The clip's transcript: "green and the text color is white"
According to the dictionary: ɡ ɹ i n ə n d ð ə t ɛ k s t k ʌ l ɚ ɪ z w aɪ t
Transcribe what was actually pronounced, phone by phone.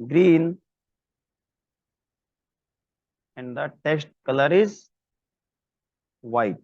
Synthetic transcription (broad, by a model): ɡ ɹ i n ə n d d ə t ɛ s t k ʌ l ɚ ɪ z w aɪ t